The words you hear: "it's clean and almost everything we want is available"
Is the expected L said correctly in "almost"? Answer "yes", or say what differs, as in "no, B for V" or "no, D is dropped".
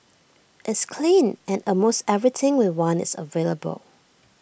no, L is dropped